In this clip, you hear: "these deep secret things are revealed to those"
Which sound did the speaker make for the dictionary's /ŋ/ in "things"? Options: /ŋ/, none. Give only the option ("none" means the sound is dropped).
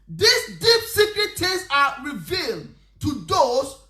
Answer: none